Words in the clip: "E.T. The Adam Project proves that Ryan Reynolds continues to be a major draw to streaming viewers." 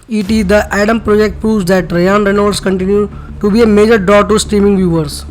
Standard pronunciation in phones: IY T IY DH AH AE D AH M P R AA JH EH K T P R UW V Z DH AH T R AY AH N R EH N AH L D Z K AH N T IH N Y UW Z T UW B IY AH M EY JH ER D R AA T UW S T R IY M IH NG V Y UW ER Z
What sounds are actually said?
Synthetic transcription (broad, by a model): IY T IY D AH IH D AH M P R AA JH EH K T P R UW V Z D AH T R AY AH N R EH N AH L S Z K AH N T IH N Y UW T UW B IY AH M EY JH ER D R AA T UW S T R IY M IH NG V Y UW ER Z